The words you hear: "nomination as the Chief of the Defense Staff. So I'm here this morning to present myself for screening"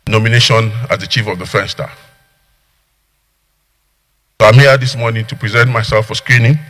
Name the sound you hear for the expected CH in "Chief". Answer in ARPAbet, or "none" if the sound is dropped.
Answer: CH